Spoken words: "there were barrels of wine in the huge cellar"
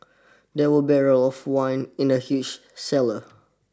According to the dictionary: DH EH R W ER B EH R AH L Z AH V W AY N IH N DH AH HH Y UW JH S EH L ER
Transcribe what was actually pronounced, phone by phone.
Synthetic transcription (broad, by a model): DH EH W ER B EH R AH L AH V W AY N IH N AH HH Y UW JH S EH L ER